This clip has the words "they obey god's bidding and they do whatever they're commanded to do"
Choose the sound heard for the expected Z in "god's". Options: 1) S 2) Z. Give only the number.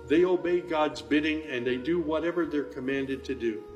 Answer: 2